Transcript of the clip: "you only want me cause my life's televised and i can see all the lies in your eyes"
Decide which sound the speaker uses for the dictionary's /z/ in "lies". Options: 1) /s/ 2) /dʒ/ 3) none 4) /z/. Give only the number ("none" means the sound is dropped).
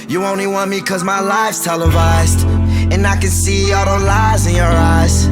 4